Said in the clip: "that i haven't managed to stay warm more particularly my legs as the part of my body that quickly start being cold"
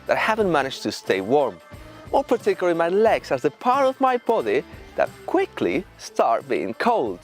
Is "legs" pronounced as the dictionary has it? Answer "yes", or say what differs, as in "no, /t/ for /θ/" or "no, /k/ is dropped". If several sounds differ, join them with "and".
no, /s/ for /z/